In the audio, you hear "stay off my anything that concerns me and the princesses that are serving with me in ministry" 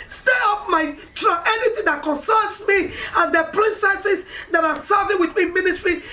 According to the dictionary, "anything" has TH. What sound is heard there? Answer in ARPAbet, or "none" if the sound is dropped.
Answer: T